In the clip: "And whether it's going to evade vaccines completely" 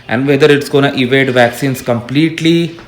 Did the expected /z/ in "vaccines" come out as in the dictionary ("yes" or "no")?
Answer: no